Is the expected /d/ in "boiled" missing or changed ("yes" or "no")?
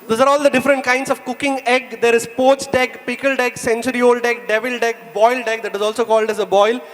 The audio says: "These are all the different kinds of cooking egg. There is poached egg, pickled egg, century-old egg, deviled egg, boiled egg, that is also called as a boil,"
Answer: no